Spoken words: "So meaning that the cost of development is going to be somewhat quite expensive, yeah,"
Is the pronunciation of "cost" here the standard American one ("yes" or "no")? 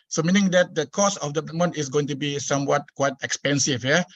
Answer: no